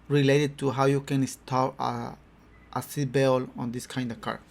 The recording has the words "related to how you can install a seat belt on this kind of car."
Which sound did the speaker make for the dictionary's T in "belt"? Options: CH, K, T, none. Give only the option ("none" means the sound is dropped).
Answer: none